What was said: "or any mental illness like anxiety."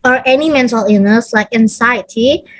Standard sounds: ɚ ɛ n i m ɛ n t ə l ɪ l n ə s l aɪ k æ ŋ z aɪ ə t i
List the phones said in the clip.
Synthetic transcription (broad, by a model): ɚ ɛ n i m ɛ n t ə l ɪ n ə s l aɪ k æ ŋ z aɪ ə t i